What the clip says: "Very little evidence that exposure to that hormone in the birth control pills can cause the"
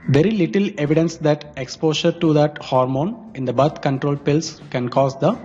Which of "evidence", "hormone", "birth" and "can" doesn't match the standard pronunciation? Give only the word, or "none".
birth